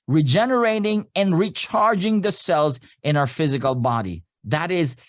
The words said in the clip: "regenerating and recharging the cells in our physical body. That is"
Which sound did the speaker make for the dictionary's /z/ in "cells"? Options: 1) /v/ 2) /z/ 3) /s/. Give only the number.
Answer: 2